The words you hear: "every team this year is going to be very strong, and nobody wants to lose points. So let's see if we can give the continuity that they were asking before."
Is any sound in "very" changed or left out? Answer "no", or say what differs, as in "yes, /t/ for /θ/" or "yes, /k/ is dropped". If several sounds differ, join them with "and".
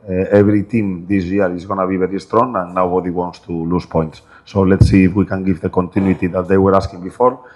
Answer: yes, /b/ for /v/